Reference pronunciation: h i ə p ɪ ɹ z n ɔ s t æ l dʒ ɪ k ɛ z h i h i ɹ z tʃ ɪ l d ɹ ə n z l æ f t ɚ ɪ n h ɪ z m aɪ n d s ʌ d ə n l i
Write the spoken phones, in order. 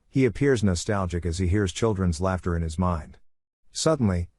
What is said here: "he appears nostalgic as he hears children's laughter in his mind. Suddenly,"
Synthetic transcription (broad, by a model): h i ə p ɪ ɹ z n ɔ s t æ l dʒ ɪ k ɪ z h i h i ɹ z tʃ ɪ l d ɹ ə n z l æ f t ɚ ɪ n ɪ z m aɪ n d s ʌ d n l i